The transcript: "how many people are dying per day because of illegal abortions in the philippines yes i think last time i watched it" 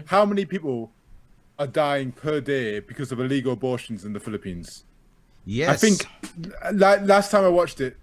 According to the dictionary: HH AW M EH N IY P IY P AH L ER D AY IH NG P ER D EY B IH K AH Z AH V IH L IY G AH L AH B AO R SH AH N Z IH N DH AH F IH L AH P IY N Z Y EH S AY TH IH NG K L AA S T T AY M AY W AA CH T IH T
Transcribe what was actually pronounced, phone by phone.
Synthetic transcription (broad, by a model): HH AW M EH N IY P IY P AH L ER D AY IH NG P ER D EY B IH K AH Z AH V IH L IY G AH L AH B AO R SH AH N Z IH N DH AH F IH L AH P IY N Z Y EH AY TH IH NG K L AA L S T AY M AY W AA CH T IH T